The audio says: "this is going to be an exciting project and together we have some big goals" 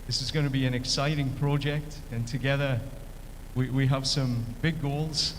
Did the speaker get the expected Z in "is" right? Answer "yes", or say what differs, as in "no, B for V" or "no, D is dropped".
yes